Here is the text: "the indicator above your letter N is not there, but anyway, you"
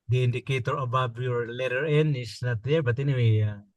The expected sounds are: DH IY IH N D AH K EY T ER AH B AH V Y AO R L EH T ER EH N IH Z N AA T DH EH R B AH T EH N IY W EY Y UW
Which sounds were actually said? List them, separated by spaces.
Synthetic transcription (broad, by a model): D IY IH N D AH K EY T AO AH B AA B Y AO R L EH T ER EH N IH S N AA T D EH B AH T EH N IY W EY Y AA